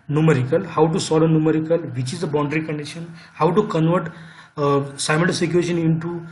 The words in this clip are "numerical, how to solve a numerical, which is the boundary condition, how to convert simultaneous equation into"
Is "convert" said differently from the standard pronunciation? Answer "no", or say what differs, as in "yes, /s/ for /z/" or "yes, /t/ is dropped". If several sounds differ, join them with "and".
no